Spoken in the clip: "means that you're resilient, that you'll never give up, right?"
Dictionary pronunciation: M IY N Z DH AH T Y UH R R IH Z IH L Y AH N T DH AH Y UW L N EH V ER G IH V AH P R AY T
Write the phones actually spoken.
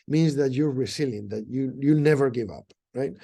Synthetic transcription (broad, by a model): M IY N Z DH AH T Y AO R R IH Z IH L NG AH T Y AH Y UW L N EH V ER G IH V AH P R AY T